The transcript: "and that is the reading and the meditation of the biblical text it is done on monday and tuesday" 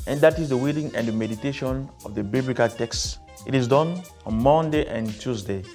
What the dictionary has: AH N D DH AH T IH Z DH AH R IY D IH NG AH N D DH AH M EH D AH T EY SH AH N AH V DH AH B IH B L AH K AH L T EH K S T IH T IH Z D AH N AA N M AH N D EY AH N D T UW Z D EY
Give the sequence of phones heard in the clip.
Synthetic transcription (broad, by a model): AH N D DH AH T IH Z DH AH W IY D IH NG AH N D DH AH M EH D AH T EY SH AH N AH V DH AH B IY B L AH K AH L T EH K S T IH T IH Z D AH N AA N M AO N D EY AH N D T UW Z D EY